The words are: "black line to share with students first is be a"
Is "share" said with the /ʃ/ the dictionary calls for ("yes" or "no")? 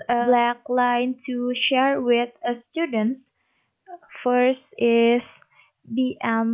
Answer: yes